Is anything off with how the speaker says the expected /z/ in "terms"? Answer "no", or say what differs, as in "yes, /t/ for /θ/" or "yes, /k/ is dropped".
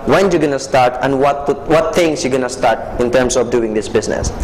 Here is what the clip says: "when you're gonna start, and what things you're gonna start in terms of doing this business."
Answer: yes, /s/ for /z/